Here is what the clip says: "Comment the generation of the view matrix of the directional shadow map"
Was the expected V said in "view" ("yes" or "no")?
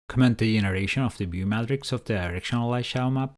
no